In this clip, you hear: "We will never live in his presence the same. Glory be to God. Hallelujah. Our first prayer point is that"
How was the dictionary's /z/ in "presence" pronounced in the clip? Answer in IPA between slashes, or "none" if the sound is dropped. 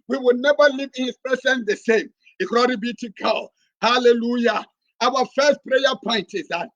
/s/